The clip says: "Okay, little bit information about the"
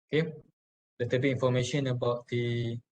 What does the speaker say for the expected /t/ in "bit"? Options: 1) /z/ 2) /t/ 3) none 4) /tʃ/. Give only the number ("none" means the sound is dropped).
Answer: 3